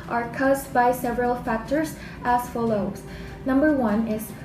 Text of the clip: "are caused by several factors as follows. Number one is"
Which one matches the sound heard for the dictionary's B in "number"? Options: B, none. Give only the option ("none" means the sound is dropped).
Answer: B